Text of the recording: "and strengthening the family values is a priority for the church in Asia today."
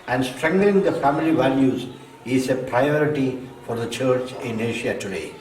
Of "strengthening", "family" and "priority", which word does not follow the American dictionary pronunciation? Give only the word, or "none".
strengthening